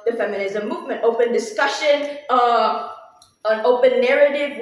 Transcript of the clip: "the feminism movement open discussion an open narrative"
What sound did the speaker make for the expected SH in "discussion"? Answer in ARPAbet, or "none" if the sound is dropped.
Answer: SH